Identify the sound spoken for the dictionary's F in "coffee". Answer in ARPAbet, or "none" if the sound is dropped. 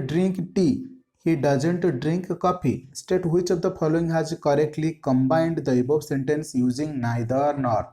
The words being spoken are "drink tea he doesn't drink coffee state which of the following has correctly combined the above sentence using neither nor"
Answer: P